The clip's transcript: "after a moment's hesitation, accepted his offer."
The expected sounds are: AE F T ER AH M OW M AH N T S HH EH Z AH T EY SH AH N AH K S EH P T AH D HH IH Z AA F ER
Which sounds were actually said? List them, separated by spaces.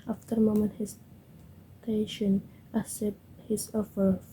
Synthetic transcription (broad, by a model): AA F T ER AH M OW M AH N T HH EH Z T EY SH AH N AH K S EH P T HH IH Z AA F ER